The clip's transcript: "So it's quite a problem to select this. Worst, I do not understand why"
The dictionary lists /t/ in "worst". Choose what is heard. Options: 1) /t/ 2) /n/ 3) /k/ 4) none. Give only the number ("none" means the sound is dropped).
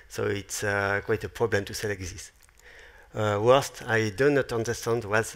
1